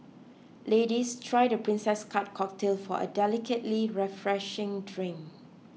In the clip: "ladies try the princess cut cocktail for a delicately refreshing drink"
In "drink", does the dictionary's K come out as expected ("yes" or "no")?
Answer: no